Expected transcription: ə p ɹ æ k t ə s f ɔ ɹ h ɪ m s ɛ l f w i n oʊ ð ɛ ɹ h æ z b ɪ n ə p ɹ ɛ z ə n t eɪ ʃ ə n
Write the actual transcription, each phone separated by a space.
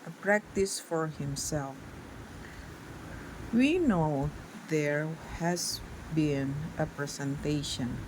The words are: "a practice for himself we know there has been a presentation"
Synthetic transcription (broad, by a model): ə p ɹ æ k t ə s f ɔ ɹ h ɪ m s ɛ l f w i n oʊ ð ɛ ɹ h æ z b ɪ n ə p ɹ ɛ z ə n t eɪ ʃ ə n